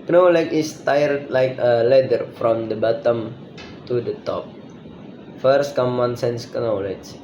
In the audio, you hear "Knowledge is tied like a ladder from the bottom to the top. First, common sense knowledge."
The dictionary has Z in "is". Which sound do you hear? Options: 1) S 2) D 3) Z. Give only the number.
1